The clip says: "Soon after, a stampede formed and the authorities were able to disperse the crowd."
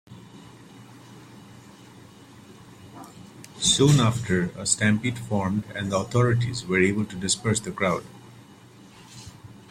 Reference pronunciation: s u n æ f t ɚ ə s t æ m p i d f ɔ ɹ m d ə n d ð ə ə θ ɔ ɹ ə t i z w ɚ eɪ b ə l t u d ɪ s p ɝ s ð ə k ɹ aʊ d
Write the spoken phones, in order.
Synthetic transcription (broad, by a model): s u n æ f t ɚ ə s t æ m p i d f ɔ ɹ m d ə n d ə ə t ɔ ɹ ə t i z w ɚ eɪ b ə l t u d ɪ s p ɝ s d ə k ɹ aʊ d